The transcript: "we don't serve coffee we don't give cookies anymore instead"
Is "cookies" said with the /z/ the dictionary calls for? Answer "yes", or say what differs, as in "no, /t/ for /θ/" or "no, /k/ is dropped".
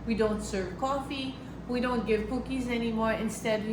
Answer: yes